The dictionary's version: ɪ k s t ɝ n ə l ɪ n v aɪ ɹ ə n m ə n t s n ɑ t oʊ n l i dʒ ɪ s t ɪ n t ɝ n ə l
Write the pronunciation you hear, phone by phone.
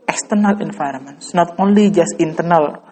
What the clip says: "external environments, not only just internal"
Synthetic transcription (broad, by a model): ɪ k s t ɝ n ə l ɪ n f aɪ ɹ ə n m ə n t s n ɑ t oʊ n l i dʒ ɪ s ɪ n t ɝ n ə l